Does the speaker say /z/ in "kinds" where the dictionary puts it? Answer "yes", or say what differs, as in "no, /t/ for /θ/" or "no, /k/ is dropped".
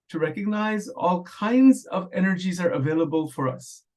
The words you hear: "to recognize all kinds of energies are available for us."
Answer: yes